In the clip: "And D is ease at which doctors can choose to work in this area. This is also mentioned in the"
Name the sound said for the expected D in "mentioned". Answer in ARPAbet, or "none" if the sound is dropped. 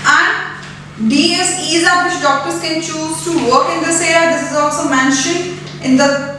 none